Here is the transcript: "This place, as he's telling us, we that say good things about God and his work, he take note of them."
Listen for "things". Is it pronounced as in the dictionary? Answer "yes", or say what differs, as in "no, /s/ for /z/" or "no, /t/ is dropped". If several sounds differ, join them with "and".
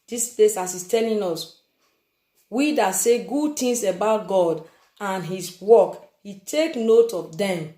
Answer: no, /t/ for /θ/ and /s/ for /z/